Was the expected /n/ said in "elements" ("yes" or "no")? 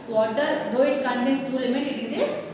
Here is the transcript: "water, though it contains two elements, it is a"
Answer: no